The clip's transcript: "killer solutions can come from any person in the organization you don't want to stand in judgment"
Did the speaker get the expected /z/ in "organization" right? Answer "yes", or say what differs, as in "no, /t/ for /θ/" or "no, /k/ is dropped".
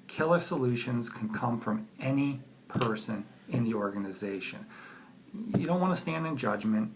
yes